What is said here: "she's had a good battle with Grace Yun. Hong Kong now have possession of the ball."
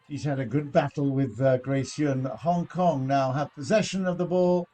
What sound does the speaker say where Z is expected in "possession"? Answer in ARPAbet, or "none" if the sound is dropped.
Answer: Z